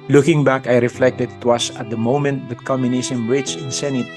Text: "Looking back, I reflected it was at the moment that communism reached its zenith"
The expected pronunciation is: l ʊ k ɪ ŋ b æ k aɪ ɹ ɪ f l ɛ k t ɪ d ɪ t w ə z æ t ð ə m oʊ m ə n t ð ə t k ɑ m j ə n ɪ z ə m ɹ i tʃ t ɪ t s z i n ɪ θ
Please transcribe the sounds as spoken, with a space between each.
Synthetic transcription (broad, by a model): l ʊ k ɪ ŋ b æ k aɪ ɹ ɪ f l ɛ k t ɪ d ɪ t w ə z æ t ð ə m oʊ m ə n t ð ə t k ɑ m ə n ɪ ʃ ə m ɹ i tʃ ɪ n s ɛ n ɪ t